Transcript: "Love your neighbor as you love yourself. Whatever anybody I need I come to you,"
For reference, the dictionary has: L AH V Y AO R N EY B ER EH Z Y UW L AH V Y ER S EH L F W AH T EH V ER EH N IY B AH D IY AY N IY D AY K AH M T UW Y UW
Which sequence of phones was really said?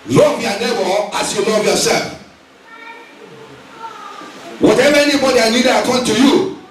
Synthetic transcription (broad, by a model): L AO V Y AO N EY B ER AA S Y UW L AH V Y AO S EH L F W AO T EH V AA EH N IY B AH D IY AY L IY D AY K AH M T UW Y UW